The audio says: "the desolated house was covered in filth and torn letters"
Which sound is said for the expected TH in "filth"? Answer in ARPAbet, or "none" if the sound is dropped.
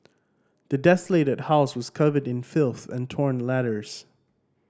TH